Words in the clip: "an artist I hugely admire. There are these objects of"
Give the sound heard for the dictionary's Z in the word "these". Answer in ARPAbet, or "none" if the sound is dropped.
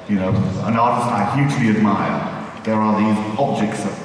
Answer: Z